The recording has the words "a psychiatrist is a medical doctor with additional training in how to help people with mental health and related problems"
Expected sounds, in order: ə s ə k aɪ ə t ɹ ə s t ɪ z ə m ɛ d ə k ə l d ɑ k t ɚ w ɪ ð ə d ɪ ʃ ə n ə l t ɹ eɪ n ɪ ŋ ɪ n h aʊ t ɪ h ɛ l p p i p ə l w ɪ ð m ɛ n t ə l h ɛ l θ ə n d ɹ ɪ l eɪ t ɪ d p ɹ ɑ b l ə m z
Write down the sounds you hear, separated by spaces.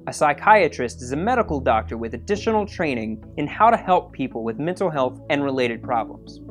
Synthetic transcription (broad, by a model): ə s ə k aɪ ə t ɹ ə s t ɪ z ə m ɛ d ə k l d ɑ k t ɚ w ɪ ð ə d ɪ ʃ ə n l t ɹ eɪ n ɪ ŋ ɪ n h aʊ t ɪ h ɛ l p p i p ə l w ɪ ð m ɛ n t l h ɛ l θ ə n ɹ ɪ l eɪ t ɪ d p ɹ ɑ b l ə m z